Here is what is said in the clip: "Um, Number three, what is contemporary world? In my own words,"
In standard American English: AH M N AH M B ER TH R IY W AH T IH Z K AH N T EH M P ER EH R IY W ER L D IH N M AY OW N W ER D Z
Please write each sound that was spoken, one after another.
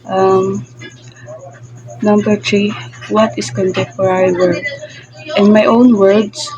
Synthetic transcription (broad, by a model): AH M N AH M B ER T R IY W AH T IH S K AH N T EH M P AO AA R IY W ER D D IH N M AY OW N W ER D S